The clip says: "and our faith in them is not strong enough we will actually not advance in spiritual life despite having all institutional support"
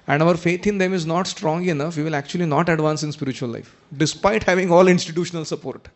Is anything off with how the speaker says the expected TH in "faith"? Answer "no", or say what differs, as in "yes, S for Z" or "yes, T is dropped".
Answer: yes, T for TH